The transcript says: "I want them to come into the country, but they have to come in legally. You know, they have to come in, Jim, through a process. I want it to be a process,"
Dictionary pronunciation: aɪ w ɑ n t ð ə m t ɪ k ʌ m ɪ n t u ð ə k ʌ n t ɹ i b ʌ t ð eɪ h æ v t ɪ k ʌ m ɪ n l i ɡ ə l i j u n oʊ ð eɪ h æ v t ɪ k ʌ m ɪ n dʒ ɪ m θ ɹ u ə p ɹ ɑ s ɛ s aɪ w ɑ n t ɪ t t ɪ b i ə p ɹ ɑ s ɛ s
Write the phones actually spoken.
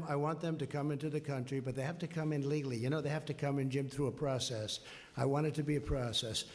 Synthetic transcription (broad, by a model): aɪ w ɑ n ð ə m t ɪ k ʌ m ɪ n t u ð ə k ʌ n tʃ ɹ i b ʌ t ð eɪ h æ f t ɪ k ʌ m ɪ n l i ɡ l i j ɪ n oʊ ð eɪ h æ f t ɪ k ʌ m ɪ n dʒ ɪ m θ ɹ u ə p ɹ ɑ s ɛ s aɪ w ɑ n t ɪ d t ɪ b i ə p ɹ ɑ s ɛ s